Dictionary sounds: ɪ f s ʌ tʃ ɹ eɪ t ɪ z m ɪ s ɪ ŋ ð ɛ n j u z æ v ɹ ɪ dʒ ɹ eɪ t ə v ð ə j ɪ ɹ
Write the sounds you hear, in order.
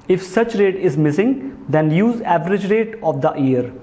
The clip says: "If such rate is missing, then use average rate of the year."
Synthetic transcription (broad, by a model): ɪ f s ʌ tʃ ɹ eɪ t ɪ z m ɪ s ɪ ŋ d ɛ n j u z æ v ɹ ɪ dʒ ɹ eɪ t ə v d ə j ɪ ɹ